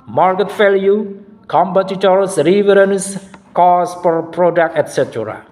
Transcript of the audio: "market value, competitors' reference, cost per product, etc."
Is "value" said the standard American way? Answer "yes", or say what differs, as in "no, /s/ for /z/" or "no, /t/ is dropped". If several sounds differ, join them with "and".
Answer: no, /f/ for /v/